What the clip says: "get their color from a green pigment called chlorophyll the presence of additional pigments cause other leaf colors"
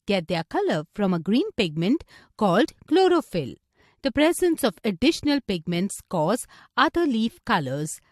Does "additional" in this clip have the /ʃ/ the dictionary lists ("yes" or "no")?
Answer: yes